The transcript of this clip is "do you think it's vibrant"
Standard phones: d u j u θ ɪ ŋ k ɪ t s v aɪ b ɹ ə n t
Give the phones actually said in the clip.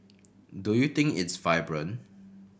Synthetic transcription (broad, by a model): d u j u t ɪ ŋ k ɪ t s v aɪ b ɹ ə n